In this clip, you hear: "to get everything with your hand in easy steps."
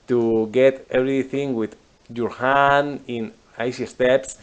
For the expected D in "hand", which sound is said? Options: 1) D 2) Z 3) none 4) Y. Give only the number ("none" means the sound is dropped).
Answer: 3